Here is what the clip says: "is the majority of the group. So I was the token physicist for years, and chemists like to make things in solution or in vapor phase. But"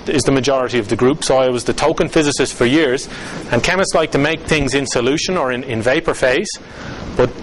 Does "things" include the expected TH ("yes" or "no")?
yes